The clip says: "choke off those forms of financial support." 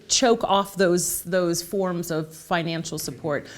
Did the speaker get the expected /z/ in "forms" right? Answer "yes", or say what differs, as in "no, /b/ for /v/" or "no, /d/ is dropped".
yes